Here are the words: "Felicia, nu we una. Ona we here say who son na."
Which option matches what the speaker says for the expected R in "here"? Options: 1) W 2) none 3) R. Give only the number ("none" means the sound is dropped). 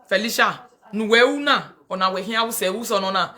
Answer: 1